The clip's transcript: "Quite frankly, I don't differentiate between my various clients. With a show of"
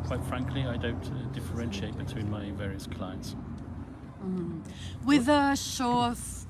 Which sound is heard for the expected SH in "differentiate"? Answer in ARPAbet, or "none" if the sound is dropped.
SH